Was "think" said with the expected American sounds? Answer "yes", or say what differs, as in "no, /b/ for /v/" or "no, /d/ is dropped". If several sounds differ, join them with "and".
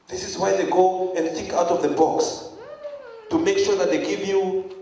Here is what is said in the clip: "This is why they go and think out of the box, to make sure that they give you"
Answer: no, /ŋ/ is dropped